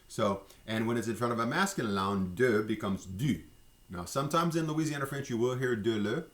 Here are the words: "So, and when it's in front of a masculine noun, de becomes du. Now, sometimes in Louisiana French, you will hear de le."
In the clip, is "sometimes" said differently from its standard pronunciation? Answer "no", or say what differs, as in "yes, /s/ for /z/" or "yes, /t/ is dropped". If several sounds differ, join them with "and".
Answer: no